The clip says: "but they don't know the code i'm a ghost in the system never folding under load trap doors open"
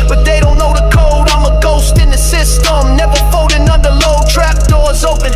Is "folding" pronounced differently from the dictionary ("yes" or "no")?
yes